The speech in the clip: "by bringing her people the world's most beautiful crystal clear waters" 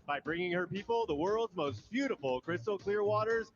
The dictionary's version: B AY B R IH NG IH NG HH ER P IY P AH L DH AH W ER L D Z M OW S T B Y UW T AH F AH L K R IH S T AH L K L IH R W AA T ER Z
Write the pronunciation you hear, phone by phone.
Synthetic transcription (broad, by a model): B AY B R IH NG IH NG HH ER P IY P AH L DH AH W ER L D Z M OW S T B Y UW T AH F L K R IH S T L K L IH R W AA T ER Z